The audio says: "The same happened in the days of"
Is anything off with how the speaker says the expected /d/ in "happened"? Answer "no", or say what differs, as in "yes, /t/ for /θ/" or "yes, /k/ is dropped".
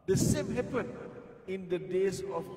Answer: yes, /d/ is dropped